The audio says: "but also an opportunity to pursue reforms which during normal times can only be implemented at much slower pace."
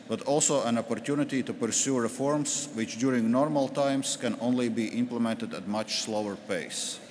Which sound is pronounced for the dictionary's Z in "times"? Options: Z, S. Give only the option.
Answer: S